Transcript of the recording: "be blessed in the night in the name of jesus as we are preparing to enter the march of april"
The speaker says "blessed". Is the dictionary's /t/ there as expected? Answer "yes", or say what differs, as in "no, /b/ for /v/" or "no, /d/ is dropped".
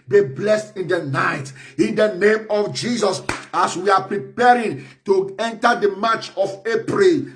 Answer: yes